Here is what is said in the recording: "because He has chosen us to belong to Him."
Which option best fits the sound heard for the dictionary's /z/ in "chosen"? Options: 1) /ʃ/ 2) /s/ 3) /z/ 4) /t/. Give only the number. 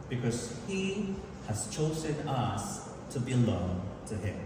3